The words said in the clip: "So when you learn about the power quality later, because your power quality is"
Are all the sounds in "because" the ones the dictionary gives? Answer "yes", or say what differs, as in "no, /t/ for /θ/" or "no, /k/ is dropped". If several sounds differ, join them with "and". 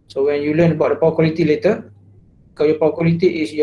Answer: no, /z/ is dropped